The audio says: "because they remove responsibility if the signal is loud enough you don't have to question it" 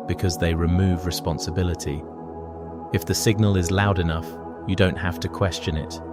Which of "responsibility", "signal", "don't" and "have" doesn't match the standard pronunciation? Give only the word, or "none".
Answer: have